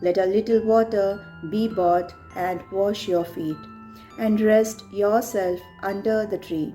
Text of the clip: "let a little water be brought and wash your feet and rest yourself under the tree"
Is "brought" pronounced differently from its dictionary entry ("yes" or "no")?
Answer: yes